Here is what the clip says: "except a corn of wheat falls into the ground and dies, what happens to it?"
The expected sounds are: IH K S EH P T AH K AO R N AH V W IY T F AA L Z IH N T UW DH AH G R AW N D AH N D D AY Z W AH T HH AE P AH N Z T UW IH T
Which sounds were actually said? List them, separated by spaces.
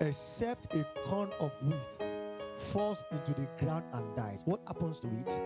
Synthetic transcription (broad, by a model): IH K S EH P T AH K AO N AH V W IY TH F AA L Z IH N T UW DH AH G R AW N D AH N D D AY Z W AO T HH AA P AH N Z T UW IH T